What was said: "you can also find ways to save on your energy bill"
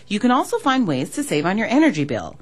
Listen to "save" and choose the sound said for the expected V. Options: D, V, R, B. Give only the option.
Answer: V